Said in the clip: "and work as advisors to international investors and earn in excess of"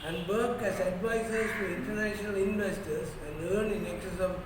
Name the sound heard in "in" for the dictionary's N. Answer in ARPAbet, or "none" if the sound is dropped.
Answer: L